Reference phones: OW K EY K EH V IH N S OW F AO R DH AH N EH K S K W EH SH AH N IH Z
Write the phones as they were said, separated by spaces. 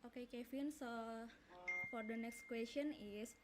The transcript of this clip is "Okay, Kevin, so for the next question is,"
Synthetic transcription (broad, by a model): OW K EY K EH F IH N S OW F AO R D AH N EH K S K W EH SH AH N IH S